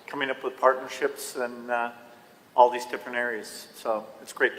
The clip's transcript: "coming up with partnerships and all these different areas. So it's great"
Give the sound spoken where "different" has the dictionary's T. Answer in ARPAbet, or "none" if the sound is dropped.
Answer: none